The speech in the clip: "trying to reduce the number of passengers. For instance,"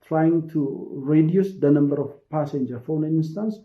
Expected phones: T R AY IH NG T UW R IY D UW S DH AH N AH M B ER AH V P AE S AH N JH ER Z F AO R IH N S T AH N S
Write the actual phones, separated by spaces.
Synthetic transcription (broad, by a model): T R AY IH NG T UW R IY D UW S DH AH N AH M B ER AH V P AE S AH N JH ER F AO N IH N S T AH N S